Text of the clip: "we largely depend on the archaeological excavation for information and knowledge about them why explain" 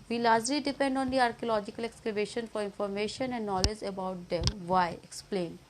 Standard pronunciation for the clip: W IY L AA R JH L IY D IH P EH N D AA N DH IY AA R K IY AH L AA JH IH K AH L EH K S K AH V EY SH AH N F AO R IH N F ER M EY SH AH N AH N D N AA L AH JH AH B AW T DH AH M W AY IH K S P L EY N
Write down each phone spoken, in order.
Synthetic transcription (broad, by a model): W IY L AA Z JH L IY D IH P EH N D AA N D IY AA R K IY AH L AA JH IH K AH L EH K S K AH B EY SH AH N F AO R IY N F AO M EY SH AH N AH N D N AA L AH JH AH B AW T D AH M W AY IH K S P L EY N